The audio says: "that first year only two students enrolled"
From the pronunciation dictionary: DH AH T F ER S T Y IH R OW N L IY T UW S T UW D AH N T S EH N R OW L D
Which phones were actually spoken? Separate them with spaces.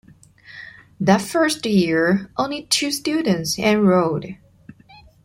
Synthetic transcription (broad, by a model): DH AH T F ER S T Y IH R OW N L IY T UW S T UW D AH N T S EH N R OW D